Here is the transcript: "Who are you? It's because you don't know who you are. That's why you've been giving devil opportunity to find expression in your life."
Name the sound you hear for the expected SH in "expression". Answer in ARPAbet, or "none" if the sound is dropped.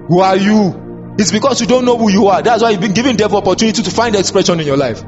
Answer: SH